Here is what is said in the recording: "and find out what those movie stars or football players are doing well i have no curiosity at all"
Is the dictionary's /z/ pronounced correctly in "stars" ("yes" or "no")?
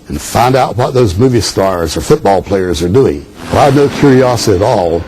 yes